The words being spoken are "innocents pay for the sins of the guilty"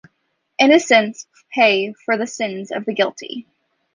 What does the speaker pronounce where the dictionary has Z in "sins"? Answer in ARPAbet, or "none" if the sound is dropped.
Z